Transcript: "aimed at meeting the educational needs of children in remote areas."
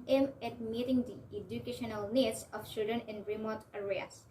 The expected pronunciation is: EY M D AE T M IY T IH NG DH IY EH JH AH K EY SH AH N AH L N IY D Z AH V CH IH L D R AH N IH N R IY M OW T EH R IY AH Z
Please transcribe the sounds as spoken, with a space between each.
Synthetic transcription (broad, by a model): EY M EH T M IY T IH NG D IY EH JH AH K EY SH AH N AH L N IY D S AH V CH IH D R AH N IH N R IY M OW T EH R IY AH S